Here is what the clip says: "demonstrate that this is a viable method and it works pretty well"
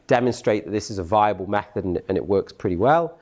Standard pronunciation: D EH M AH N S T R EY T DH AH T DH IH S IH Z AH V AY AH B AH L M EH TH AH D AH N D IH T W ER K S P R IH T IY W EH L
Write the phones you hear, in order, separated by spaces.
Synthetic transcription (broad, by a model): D EH M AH N S T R EY T DH AH T DH IH S IH Z AH V AY AH B AH L M EH TH AH D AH N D IH T W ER K S P R IH T IY W EH L